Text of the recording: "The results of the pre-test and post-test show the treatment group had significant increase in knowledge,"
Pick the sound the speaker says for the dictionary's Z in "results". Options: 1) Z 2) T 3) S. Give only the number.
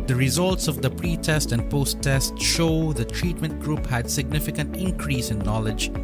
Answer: 1